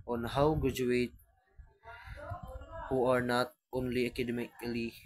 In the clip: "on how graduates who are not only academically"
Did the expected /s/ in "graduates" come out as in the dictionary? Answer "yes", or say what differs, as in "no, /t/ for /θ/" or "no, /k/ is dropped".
no, /s/ is dropped